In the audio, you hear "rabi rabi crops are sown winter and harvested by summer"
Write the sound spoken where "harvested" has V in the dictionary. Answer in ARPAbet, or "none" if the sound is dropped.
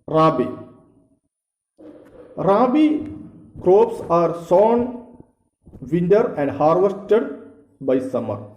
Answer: V